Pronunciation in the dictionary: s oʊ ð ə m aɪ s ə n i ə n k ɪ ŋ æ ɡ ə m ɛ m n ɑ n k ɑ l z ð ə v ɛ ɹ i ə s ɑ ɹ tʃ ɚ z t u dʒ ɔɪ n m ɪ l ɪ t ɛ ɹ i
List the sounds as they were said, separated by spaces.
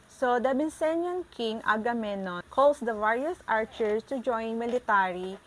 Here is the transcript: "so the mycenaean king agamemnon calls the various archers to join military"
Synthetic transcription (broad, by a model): s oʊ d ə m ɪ s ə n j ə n k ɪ ŋ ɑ ɡ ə m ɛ n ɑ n k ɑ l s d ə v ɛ ɹ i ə s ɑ ɹ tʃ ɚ s t u dʒ ɔɪ n m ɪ l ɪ t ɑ ɹ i